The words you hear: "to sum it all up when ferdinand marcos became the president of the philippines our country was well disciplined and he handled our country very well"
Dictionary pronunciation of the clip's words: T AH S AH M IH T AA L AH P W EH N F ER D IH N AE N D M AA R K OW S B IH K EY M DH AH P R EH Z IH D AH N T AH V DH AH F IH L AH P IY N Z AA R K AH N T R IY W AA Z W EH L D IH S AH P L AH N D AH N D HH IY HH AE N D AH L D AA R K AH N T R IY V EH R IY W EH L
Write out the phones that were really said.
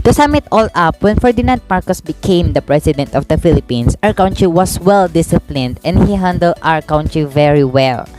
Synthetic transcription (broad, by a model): T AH S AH M IH T AA L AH P W EH N F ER D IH N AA N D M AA R K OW S B IH K EY M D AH P R EH S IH D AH N T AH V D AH F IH L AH P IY N S AA R K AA N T R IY W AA S W EH L D IH S AH P L AH N D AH N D HH IY HH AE N D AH L D AA R K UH N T R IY V EH R IY W EH L